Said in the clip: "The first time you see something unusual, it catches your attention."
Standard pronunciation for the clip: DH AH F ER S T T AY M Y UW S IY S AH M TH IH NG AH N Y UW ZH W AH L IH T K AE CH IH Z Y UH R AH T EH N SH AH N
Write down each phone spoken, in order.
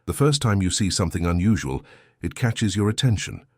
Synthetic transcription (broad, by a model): DH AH F ER S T T AY M Y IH S IY S AH M TH IH NG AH N Y UW ZH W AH L IH T K AE CH IH Z Y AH R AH T EH N SH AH N